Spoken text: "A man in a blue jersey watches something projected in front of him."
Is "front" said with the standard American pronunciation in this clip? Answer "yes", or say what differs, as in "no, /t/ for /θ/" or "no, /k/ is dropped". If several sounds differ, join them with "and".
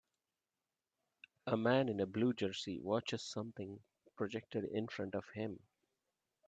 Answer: yes